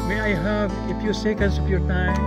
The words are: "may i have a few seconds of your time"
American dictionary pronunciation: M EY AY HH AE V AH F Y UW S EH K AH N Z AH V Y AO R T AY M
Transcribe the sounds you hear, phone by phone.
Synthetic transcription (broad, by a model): M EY AY HH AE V AH F Y UW S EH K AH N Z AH P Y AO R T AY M